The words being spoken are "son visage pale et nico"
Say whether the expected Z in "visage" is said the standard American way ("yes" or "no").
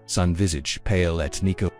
yes